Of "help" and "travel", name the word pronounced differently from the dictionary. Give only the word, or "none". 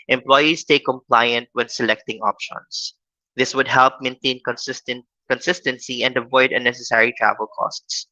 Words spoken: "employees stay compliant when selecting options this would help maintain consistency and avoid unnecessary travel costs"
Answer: none